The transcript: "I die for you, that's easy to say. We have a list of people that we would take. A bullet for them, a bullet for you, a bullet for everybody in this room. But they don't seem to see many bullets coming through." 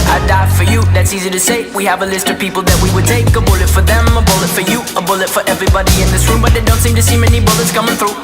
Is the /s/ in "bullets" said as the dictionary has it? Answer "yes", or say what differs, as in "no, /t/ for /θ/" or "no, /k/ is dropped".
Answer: yes